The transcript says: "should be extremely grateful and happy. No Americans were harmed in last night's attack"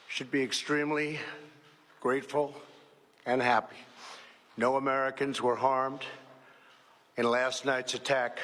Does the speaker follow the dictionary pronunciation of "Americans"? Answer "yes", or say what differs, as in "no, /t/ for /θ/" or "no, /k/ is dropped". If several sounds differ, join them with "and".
yes